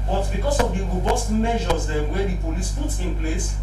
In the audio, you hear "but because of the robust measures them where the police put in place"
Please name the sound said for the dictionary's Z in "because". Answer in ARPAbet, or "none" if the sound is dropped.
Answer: S